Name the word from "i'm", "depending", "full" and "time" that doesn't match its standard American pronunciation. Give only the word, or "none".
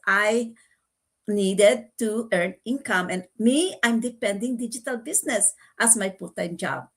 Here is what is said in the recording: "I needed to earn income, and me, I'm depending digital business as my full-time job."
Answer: full